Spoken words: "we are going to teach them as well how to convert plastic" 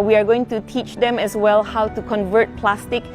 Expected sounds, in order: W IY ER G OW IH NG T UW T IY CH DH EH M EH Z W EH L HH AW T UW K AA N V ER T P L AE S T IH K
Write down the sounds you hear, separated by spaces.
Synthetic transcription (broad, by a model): W IY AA G OW IH NG T UW T IY CH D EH M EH S W EH L HH AW T UW K AA N V ER T P L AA S T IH K